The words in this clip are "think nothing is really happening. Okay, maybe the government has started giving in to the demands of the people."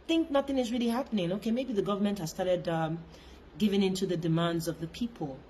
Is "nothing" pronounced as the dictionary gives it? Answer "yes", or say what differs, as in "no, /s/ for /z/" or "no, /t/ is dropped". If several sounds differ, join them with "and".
yes